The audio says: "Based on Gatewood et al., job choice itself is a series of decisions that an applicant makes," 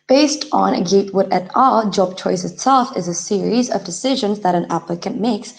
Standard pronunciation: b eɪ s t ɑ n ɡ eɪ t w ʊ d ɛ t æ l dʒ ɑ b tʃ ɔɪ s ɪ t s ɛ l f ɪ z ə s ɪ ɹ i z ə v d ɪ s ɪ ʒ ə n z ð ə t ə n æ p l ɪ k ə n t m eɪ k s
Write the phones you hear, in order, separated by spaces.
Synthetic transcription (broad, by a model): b eɪ s t n ɡ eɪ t w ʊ d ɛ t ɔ l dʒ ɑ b tʃ ɔɪ s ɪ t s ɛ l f ɪ z ə s ɪ ɹ i z ə v d ɪ s ɪ ʒ ə n z ð ə t ə n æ p l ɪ k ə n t m eɪ k s